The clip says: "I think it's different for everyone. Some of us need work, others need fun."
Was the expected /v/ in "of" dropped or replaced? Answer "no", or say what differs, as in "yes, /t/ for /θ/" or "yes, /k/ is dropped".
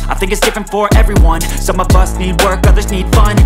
no